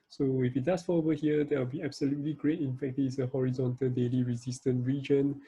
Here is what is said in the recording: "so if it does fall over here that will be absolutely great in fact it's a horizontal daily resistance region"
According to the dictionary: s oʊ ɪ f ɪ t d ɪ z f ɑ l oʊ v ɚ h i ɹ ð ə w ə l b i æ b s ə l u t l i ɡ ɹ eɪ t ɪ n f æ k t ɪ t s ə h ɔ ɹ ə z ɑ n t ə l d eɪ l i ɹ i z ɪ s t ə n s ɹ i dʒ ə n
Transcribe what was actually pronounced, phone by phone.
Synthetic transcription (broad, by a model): s oʊ ɪ f ɪ t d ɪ s f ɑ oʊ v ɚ h i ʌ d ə w ə l b i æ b s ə l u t l i ɡ ɹ eɪ t ɪ n f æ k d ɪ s ə h ɔ ɹ ə z ɑ n t ə l d eɪ l i ɹ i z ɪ s t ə n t ɹ i dʒ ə n